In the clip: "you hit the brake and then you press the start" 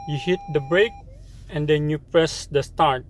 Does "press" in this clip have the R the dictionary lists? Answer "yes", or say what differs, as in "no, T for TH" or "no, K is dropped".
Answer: yes